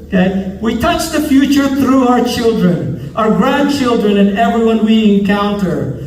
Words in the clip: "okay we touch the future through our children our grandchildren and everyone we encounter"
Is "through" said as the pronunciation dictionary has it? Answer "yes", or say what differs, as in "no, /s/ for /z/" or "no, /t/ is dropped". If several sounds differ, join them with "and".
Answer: yes